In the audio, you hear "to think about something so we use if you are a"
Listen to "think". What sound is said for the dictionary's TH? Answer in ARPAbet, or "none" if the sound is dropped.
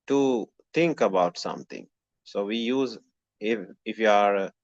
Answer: T